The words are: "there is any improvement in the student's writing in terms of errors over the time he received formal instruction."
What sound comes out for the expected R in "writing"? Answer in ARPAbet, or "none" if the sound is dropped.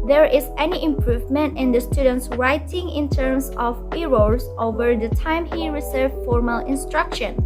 R